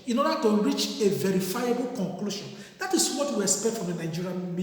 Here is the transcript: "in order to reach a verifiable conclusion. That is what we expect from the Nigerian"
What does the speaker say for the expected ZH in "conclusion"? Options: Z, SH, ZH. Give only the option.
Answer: SH